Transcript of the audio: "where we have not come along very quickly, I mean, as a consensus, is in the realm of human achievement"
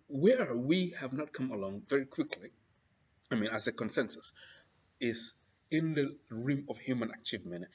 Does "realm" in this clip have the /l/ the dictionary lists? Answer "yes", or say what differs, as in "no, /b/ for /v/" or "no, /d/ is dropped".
no, /l/ is dropped